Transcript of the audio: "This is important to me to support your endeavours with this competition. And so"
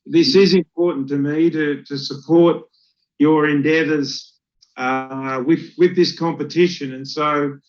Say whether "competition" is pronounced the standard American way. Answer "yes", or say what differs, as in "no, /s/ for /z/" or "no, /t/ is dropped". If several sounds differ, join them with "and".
yes